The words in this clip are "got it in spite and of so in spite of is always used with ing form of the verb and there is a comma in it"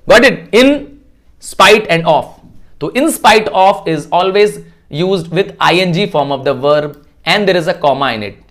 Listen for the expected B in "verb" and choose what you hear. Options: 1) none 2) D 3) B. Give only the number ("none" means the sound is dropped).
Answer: 3